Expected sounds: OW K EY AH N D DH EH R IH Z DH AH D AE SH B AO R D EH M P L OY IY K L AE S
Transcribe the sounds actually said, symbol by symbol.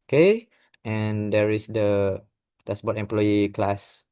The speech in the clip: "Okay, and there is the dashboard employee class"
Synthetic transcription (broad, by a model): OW K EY AH N D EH R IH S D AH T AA S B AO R EH M P L OY IY K L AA S